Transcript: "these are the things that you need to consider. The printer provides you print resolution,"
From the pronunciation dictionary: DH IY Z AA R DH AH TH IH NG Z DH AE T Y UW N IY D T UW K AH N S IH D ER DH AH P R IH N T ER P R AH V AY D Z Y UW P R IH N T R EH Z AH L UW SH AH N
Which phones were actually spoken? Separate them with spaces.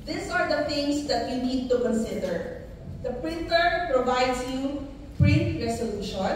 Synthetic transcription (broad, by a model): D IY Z AA R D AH T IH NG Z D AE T Y UW N IY D T UW K AH N S IH D ER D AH P R IH N T ER P R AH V AY D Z Y UW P R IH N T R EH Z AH L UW SH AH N